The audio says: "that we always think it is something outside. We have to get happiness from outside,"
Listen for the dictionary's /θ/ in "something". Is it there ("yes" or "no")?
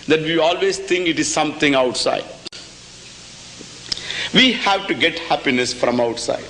no